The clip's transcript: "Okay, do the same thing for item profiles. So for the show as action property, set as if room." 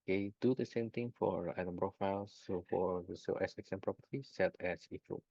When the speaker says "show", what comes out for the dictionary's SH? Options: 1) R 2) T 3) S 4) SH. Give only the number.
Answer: 3